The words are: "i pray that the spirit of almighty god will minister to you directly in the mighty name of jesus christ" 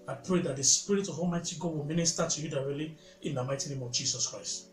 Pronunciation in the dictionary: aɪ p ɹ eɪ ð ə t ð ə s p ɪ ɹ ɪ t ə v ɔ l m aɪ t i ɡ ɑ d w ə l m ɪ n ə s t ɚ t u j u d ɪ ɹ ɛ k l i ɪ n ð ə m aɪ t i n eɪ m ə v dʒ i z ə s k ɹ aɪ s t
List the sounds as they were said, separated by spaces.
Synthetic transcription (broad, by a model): aɪ p ɹ eɪ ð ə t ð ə s p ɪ ɹ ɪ t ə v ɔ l m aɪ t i ɡ ɑ d w ə l m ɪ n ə s t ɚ t u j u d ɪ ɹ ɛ l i ɪ n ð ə m aɪ t i n eɪ m ə v dʒ i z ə s k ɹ aɪ s t